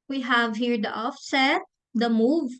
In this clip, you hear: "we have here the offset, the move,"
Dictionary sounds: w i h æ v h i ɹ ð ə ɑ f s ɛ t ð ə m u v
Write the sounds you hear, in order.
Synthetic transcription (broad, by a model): w i h æ v h i ɹ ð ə ɑ f s ɛ t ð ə m u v